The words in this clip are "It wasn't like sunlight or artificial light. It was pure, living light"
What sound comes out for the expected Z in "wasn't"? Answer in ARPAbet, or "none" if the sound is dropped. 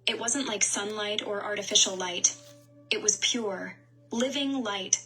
Z